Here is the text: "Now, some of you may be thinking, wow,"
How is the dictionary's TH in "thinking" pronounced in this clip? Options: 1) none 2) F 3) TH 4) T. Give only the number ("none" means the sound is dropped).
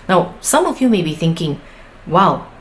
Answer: 3